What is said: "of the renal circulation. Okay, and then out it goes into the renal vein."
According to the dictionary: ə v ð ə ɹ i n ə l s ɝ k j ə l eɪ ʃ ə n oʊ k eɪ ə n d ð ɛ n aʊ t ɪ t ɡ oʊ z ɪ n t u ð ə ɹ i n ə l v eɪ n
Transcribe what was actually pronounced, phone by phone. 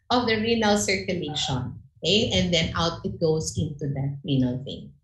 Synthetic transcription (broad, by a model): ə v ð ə ɹ i n ə l s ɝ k j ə l eɪ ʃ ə n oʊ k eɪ ə n d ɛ n aʊ t ɪ t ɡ oʊ s ɪ n t u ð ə ɹ i n ə l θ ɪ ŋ